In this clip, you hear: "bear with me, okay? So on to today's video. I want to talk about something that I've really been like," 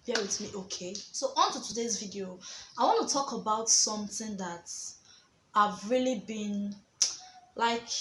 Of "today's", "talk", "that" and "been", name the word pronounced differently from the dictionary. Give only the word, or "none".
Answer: none